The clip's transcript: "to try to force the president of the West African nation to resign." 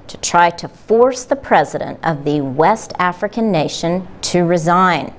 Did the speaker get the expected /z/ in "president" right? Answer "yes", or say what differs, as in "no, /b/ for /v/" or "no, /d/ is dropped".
yes